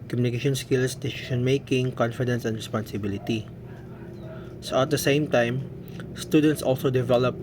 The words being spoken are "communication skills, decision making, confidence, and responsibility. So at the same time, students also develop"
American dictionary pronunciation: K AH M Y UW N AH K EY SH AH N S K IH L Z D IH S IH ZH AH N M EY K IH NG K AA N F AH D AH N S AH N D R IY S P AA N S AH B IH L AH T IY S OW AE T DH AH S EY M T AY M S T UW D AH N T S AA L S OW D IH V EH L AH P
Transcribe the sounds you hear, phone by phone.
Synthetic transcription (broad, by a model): K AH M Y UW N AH K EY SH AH N S K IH L S D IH S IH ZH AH N M EY K IH NG K AA N F AH D AH N S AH N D R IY S P AA N S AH B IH L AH T IY S OW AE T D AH S EY M T AY M S T UW D AH N T S AA L S OW D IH V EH L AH P